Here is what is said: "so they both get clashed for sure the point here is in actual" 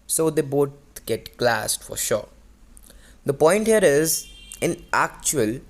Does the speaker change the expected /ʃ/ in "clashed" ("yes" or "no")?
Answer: yes